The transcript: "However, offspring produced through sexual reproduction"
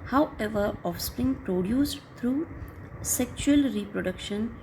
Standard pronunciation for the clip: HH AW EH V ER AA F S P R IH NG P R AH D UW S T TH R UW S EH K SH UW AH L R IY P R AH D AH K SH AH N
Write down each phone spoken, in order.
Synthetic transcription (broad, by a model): HH AW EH V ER AA F S P R IH NG P R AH D UW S T R UW S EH K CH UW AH L R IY P R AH D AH K SH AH N